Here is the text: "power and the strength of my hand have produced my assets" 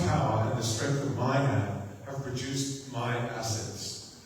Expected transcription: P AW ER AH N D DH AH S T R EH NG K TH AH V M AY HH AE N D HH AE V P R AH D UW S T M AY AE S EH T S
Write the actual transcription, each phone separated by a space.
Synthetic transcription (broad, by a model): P AW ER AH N DH AH S T R EH NG K TH AH V M AY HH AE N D HH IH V P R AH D UW S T M AY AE S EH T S